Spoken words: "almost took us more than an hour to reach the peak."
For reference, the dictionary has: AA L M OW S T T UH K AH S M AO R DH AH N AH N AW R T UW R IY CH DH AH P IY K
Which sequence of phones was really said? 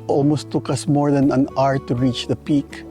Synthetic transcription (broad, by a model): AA L M OW S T T UH K AH S M AO R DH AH N AH N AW R T UW R IY CH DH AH P IY K